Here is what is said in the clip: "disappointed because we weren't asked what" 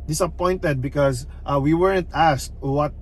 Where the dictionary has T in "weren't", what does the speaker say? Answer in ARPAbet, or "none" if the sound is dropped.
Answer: T